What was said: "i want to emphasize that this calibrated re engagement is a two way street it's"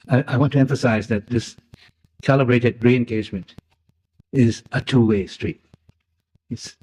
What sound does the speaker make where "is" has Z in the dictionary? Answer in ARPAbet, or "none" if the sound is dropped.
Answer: Z